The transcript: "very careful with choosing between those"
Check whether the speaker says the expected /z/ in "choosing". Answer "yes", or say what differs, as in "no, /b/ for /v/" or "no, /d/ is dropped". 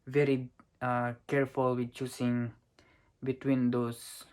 no, /s/ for /z/